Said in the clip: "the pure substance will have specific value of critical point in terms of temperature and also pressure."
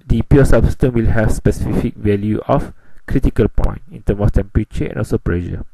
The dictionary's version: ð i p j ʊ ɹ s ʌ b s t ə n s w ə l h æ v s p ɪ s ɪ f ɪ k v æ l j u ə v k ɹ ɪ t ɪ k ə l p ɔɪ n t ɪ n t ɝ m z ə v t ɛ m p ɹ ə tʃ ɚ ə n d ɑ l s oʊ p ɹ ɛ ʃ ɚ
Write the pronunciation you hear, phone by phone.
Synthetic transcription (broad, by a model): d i p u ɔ s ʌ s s t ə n w ə l h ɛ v s p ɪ s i f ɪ k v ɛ l j u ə f k ɹ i t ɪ k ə l p ɔɪ n ɪ n t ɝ m s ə f t ɛ m p ɹ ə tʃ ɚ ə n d ɑ l s oʊ p ɹ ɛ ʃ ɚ